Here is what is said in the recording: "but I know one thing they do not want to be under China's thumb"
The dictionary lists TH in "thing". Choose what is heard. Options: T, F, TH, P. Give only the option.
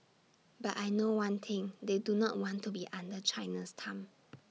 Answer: T